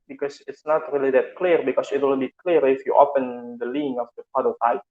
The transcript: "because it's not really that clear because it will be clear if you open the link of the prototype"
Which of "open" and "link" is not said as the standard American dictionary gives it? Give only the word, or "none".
link